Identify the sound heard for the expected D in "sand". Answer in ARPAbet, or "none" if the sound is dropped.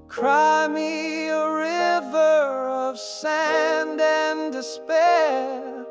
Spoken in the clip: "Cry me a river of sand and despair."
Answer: D